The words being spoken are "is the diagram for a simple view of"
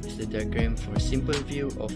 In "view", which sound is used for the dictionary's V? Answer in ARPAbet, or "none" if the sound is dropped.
V